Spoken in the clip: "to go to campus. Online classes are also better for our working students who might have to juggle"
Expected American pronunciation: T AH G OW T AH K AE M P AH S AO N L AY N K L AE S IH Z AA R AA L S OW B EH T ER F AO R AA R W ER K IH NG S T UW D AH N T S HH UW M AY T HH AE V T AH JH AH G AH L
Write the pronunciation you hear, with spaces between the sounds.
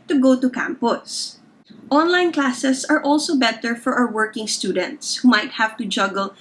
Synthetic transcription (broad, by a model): T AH G OW T AH K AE M P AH S AO N L AY N K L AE S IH S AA R AA L S OW B EH T ER F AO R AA W W ER K IH NG S T UW D AH N T S HH UW M AY T HH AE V T AH JH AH G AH L